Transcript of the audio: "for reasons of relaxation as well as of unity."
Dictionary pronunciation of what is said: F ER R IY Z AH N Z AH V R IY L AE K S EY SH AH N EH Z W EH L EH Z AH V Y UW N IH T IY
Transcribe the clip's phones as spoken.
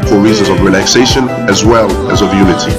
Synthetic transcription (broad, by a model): F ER R IY Z AH N Z AH V R IY L AE K S EY SH AH N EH Z W EH L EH Z AH V Y UW N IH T IY